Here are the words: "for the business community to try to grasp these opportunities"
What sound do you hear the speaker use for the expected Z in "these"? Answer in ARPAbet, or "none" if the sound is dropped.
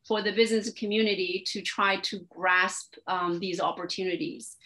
Z